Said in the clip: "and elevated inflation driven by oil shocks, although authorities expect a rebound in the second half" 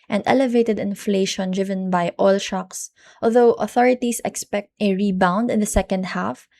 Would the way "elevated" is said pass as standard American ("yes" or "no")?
yes